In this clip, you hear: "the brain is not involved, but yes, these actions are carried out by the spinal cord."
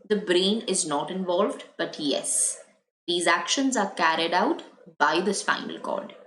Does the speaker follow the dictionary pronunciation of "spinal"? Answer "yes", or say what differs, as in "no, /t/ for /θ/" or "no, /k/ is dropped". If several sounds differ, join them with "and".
no, /f/ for /p/